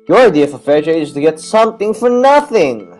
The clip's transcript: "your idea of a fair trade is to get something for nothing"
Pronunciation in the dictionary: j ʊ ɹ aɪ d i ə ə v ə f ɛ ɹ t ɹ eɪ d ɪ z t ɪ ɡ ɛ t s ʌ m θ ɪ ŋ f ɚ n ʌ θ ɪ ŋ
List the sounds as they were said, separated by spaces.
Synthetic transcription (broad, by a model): j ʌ ɹ aɪ d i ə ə f ə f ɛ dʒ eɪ ɪ z t ɪ ɡ ɛ t s ʌ m θ ɪ ŋ f ɚ n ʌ θ ɪ ŋ